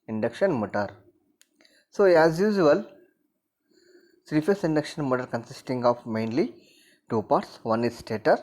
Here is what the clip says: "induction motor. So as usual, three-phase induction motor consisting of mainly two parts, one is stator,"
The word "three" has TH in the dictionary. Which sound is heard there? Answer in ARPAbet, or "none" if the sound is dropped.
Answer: S